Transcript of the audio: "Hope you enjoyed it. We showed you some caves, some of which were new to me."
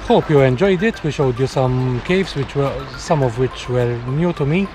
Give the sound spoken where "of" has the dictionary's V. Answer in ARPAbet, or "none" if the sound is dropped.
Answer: V